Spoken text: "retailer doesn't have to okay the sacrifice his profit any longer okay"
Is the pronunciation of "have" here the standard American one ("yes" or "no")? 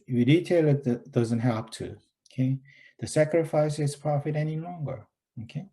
no